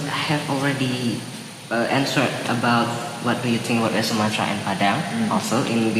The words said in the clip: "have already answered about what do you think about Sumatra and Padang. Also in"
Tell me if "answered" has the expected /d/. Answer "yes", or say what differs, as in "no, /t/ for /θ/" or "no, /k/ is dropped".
no, /d/ is dropped